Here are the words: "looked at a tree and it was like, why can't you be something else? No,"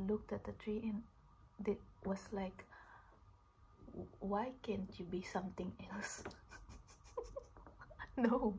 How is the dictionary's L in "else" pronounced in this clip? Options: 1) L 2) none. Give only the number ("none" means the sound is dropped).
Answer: 1